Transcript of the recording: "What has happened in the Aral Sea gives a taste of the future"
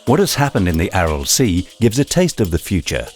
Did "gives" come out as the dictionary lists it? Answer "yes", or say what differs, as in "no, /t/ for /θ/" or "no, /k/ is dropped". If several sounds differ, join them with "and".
yes